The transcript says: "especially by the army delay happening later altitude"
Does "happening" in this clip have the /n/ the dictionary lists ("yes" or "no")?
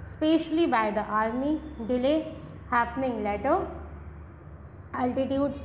yes